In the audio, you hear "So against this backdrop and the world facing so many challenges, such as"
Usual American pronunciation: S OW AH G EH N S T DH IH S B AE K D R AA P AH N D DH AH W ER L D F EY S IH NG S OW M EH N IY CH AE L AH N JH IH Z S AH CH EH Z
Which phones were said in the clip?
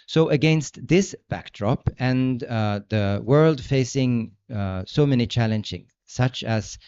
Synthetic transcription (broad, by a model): S OW AH G EH N S T DH IH S B AE K D R AA P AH N DH AH W ER L D F EY S IH NG S OW M EH N IY CH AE L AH N JH IH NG S AH CH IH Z